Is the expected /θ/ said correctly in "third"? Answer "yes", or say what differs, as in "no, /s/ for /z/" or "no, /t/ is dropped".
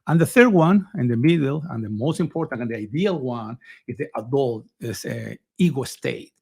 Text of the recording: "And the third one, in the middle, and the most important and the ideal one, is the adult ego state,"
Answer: yes